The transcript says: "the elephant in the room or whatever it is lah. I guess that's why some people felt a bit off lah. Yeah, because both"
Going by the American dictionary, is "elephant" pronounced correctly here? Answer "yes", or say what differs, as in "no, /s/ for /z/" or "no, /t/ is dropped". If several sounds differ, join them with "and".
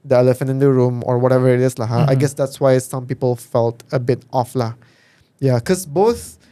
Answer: yes